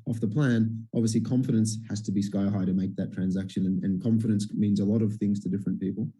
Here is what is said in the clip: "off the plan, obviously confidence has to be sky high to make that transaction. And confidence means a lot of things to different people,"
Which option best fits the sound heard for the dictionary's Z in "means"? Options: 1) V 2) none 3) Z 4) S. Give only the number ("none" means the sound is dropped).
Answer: 3